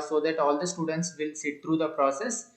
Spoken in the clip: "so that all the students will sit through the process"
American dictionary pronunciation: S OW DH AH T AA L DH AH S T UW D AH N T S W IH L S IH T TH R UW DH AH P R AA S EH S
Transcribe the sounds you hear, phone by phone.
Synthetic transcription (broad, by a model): S OW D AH T AA L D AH S T UW D AH N T S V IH L S IH T T R UW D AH P R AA S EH S